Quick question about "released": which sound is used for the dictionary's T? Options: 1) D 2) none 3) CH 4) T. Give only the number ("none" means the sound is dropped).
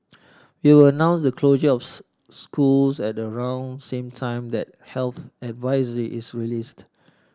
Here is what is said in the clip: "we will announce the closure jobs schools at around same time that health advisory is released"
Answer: 4